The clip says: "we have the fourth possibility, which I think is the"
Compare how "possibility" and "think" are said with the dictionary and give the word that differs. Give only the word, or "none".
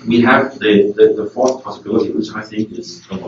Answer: none